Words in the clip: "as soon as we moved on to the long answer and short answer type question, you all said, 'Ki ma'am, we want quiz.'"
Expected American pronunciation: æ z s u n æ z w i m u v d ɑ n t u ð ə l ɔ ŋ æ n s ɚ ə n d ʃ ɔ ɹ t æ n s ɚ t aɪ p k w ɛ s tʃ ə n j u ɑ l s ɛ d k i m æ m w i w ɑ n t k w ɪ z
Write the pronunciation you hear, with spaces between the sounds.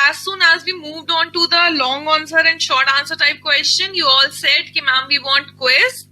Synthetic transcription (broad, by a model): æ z s u n æ z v i m u v d ɑ n t u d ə l ɔ ŋ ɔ n s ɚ ə n d ʃ ɔ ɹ t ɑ n s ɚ t aɪ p k w ɛ s tʃ ə n j u ɑ l s ɛ d k i m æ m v i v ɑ n t k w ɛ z